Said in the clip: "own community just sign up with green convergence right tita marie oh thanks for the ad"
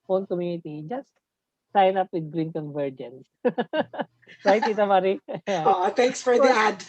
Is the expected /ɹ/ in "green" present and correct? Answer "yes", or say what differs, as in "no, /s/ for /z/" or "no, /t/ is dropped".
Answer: yes